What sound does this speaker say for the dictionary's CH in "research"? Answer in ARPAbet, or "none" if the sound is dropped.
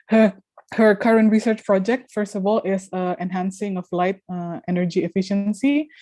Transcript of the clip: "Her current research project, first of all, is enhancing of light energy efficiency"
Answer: CH